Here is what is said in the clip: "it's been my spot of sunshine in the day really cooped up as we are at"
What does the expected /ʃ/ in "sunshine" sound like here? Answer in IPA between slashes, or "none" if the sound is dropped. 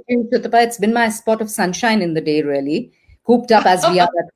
/ʃ/